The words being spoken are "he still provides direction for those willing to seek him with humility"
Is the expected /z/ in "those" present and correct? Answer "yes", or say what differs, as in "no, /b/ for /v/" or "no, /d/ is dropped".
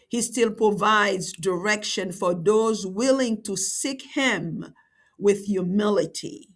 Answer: yes